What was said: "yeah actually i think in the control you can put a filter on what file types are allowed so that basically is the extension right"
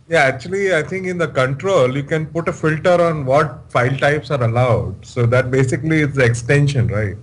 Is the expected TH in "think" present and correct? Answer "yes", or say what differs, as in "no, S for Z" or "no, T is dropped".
no, T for TH